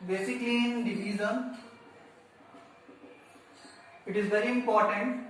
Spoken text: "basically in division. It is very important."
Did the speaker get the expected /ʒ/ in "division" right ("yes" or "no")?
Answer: no